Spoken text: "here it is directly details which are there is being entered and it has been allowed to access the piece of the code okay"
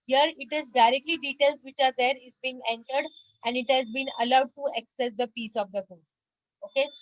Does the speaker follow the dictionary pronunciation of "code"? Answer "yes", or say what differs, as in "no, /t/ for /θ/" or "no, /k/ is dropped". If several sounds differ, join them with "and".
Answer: no, /d/ is dropped